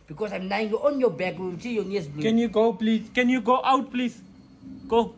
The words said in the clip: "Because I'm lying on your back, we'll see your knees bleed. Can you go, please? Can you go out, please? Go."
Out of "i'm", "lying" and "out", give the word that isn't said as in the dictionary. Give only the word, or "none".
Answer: lying